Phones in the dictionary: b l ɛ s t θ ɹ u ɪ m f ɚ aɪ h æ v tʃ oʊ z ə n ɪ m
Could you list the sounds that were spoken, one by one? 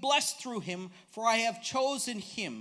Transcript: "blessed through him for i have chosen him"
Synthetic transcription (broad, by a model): b l ɛ s θ ɹ u ɪ m f ɚ aɪ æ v tʃ oʊ z ə n ɪ m